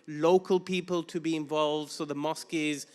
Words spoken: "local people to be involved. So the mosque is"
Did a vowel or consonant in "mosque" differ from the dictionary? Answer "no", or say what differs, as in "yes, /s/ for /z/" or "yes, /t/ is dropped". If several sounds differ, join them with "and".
no